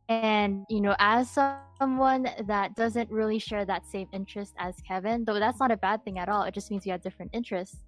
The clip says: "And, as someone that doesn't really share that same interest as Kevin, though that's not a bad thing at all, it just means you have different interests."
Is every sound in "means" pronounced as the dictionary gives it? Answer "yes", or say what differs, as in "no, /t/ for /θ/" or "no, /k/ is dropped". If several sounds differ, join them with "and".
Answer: yes